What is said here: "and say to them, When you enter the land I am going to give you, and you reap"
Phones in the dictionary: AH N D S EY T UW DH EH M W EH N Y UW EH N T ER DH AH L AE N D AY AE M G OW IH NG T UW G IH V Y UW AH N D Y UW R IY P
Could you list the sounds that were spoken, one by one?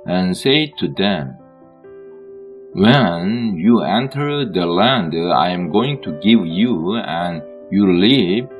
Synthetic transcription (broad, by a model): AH N S EY T UW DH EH M W EH N Y UW EH N T ER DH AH L AE N D AY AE M G OW IH NG T UW G IH V Y UW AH N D Y UW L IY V